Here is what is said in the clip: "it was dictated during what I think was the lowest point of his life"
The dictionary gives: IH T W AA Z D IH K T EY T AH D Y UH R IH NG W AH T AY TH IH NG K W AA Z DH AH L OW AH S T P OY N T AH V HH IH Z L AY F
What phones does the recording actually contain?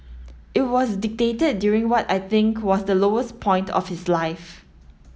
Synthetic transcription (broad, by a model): IH T W AA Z D IH K T EY T AH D Y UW R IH NG W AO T AY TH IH NG K W AA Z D AH L OW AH S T P OY N T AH F HH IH S L AY F